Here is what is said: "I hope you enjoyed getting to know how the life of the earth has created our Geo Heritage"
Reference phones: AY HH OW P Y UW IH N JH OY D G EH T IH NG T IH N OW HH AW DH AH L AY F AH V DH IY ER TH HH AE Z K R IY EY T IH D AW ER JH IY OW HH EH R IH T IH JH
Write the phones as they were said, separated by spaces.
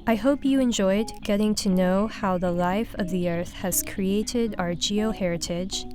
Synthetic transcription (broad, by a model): AY HH OW P Y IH IH N JH OY D G EH T IH NG T IH N OW HH AW DH AH L AY F AH V DH IY ER TH HH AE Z K R IY EY T IH D AW ER JH IY OW HH EH R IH T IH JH